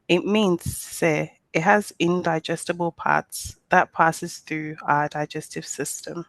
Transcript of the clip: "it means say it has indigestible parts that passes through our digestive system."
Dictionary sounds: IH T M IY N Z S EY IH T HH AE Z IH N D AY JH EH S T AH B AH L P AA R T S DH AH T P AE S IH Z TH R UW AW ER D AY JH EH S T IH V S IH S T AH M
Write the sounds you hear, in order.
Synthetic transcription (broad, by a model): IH T M IY N Z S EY IH T HH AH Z IH N D AY JH EH S T AH B AH L P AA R T S DH AH T P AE S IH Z TH R UW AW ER D AY JH EH S T IH V S IH S T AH M